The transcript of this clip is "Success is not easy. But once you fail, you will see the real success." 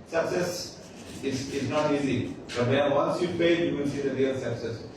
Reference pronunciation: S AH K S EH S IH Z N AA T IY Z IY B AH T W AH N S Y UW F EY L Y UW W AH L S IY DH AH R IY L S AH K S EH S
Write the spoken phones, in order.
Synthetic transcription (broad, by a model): S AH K S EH S IH Z N AA T IY Z IY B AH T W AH N S Y UW P EY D Y UW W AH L S IY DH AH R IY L S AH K S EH S